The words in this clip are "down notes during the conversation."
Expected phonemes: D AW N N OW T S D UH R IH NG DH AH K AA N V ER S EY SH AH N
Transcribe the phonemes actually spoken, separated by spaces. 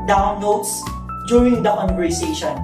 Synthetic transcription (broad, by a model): D AW N L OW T S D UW R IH NG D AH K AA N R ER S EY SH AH N